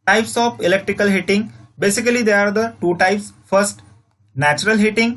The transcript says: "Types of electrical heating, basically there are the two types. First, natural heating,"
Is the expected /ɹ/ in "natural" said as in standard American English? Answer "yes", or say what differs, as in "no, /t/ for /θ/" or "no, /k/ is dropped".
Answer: yes